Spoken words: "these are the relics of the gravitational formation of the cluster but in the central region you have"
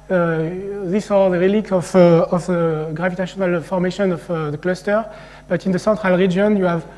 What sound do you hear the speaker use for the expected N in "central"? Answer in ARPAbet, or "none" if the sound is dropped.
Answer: none